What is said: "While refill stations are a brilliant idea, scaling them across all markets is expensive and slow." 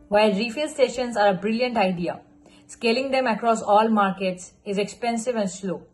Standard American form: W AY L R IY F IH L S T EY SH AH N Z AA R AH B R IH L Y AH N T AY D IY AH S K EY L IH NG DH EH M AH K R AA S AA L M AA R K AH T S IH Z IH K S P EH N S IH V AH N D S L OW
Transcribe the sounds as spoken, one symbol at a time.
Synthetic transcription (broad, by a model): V AY L R IY F IH L S T EY SH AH N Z AA R AH B R IH L Y AH N T AY D IY AH S K EY L IH NG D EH M AH K R AA S AA L M AA R K AH T S IH Z IH K S P EH N S IH V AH N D S L OW